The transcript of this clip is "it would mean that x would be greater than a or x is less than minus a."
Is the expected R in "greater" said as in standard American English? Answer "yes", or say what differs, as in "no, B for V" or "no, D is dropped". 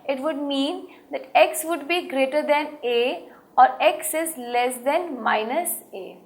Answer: yes